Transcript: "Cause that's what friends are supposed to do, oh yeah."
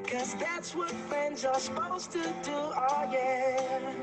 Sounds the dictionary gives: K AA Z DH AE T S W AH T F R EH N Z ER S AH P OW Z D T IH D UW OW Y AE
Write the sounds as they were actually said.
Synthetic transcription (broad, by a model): K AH Z DH AE T S W AH T F R EH N Z ER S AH P OW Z T IH D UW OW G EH